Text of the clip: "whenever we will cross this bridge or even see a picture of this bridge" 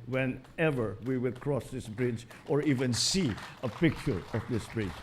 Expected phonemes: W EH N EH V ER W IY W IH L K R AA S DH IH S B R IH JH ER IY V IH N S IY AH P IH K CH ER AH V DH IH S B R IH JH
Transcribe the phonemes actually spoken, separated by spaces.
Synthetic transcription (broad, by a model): W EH N EH V ER W IY W IH L K R AA S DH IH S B R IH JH ER IY V IH N S IY AH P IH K ER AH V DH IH S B R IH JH